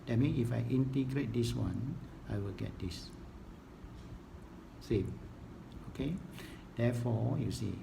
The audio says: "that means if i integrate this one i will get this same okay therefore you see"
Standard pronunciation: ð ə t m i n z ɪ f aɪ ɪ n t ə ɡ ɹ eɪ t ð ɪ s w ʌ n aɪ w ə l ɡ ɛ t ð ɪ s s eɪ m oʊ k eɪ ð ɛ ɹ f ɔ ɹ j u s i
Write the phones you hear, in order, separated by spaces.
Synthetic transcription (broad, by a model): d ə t m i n ɪ f aɪ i n t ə ɡ ɹ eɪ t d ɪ s w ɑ n aɪ w ə l ɡ ɛ t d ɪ s s eɪ m oʊ k eɪ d ɛ f ɔ j u s i